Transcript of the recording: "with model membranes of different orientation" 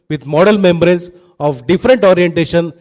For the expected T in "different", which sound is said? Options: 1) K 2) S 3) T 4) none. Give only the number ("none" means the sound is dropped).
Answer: 3